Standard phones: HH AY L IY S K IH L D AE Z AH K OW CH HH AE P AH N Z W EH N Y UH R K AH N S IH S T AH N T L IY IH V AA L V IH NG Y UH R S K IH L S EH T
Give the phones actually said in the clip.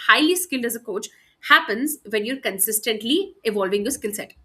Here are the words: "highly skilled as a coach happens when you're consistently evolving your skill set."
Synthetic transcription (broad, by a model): HH AY L IY S K IH L D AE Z AH K OW CH HH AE P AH N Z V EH N Y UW R K AH N S IH S T AH N T L IY IH V AA L V IH NG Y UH S K IH L S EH T